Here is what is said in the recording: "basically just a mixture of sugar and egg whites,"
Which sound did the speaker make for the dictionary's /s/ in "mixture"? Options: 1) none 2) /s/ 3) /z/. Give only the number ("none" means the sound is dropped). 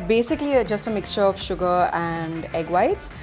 2